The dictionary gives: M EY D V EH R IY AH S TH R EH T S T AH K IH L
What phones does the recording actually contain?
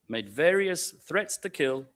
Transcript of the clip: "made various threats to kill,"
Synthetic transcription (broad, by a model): M EY D V EH R IY AH S TH R EH T S T AH K IH L